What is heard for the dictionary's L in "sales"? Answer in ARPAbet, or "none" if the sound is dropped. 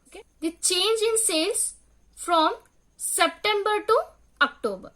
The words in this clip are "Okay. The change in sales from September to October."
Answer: none